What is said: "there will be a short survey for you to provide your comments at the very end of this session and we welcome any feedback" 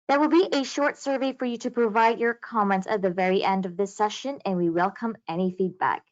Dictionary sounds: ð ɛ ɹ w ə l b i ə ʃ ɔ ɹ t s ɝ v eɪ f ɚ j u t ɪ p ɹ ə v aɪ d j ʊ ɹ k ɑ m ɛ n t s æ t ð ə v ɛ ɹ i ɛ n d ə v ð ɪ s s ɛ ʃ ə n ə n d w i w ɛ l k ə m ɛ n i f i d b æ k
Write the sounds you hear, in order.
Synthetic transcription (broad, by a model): ð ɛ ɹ w ə l b i ə ʃ ɔ ɹ t s ɝ v eɪ f ɚ j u t ɪ p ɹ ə v aɪ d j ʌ ɹ k ɑ m ɛ n t s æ t ð ə v ɛ ɹ i ɛ n d ə v ð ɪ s s ɛ ʃ ə n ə n w i w ɛ l k ə m ɛ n i f i d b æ k